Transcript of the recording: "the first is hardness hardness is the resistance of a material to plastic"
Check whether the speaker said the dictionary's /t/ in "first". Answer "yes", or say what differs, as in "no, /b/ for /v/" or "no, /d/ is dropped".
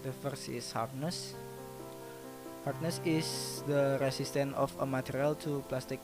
no, /t/ is dropped